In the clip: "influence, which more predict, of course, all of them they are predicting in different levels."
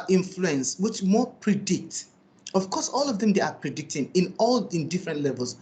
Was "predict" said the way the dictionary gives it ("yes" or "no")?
yes